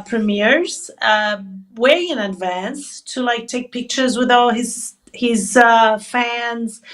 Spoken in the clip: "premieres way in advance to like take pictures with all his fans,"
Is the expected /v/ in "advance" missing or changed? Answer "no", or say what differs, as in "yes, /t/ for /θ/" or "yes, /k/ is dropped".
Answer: no